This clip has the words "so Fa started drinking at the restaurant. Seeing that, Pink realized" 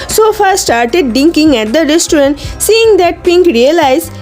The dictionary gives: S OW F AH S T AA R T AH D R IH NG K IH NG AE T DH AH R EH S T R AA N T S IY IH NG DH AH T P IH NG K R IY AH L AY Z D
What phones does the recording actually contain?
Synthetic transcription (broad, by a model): S OW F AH S T AA R T AH D IH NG K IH NG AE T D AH R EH S T R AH N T S IY IH NG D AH T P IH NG K R IY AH L AY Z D